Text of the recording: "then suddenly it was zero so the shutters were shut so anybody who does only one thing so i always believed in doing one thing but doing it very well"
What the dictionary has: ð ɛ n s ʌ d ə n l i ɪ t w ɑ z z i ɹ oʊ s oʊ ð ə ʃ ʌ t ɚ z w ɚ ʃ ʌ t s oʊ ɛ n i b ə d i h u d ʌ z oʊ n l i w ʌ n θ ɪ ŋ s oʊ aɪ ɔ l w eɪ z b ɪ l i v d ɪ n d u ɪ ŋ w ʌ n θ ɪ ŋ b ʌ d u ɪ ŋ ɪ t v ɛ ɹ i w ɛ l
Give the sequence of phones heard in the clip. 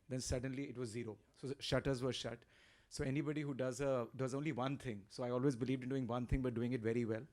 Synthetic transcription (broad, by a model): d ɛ n s ʌ d ə n l i ɪ t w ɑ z z i ɹ oʊ s oʊ ʃ ʌ t ɚ z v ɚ ʃ ʌ t s oʊ ɛ n i b ə d i h u d ʌ z oʊ n l i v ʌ n t ɪ ŋ s oʊ aɪ ɔ l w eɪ z b ɪ l i v d ɪ n d u ɪ ŋ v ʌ n t ɪ ŋ b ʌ d u ɪ ŋ ɪ t v ɛ ɹ i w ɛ l